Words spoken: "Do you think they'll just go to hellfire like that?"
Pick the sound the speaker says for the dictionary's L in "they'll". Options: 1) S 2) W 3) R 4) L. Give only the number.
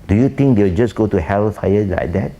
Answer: 2